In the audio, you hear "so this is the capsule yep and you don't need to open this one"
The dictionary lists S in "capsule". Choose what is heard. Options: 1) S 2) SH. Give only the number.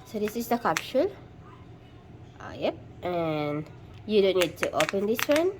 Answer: 2